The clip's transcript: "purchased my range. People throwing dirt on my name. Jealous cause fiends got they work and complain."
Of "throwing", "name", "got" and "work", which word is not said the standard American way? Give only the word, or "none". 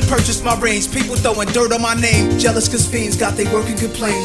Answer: throwing